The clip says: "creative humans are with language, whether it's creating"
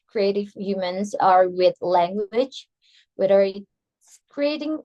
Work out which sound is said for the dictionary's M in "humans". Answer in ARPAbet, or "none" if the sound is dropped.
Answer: M